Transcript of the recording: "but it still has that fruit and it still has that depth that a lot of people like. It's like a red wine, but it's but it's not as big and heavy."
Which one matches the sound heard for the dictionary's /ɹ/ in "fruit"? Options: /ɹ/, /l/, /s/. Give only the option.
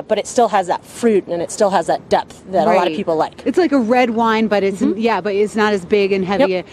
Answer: /ɹ/